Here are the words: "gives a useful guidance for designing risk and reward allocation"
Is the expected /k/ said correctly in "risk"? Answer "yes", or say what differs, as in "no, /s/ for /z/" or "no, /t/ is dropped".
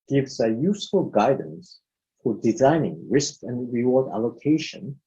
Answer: yes